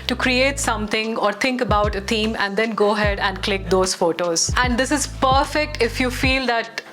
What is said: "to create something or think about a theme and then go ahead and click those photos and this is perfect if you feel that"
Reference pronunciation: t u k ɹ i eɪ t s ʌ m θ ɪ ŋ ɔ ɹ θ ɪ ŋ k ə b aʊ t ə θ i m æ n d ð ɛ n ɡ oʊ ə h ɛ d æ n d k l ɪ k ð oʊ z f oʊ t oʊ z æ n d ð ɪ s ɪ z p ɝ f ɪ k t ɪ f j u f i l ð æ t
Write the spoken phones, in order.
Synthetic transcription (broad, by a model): t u k ɹ i eɪ t s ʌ m t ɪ ŋ ɔ ɹ t ɪ ŋ k ə b aʊ t ə t i m æ n d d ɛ n ɡ oʊ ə h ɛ d æ n d k l ɪ k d oʊ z f oʊ t oʊ z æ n d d ɪ s ɪ z p ɝ f ɪ k t ɪ f j u f i l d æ t